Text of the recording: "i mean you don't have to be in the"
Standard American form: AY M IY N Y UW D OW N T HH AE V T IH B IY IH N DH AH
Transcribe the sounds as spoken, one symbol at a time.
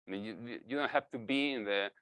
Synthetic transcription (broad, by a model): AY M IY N Y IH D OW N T HH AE F T IH B IY IH N DH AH